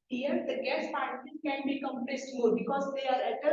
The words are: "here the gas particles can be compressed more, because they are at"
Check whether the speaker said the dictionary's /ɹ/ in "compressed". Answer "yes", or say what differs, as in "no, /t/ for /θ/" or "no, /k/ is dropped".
no, /l/ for /ɹ/